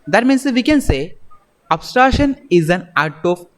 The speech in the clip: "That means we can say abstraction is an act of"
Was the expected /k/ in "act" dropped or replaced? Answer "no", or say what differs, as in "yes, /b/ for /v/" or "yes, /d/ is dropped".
yes, /k/ is dropped